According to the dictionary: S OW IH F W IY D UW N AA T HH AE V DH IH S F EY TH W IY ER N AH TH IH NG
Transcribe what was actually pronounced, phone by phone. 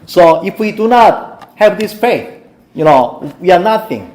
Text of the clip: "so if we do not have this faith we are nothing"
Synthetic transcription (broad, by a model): S OW IH F W IY D UW N AA T HH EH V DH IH S P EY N W IY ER N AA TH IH NG